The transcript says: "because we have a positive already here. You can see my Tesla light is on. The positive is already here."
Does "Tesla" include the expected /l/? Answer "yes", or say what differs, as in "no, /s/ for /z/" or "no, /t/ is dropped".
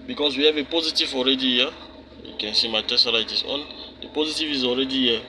no, /l/ is dropped